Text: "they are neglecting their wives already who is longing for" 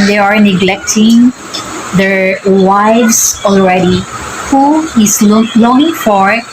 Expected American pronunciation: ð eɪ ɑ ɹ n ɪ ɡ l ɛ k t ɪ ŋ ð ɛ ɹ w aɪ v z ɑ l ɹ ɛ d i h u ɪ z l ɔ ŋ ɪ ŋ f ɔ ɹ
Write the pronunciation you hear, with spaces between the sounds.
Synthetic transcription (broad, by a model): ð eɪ ɑ ɹ n ɪ ɡ l ɛ k t ɪ ŋ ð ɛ ɹ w aɪ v s ɑ l ɹ ɛ d i h u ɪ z l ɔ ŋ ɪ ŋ f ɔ ɹ